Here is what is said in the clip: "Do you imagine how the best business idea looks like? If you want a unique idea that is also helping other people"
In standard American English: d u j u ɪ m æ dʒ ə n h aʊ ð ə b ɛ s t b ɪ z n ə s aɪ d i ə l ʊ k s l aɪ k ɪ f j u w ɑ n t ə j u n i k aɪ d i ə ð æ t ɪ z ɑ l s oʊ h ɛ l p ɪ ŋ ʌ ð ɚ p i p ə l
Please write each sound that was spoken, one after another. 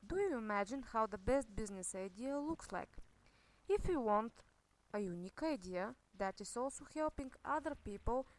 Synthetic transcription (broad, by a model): d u j u ɪ m æ dʒ ə n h aʊ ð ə b ɛ s t b ɪ z n ə s aɪ d i ə l ʊ k s l aɪ k ɪ f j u w ɑ n t ə j u n i k aɪ d i ə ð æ t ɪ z ɑ l s oʊ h ɛ l p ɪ ŋ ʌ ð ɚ p i p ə l